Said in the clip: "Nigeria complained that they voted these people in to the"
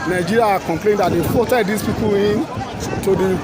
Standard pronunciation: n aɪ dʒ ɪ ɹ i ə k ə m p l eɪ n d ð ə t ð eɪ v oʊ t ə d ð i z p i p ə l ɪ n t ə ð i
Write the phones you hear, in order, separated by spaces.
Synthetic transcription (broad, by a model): n aɪ dʒ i ɹ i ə k ə m p l eɪ n d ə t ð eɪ f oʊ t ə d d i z p i p ə l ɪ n t ə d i